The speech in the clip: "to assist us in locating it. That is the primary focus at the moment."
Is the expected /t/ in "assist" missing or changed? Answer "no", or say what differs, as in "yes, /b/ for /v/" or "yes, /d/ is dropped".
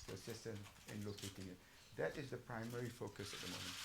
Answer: no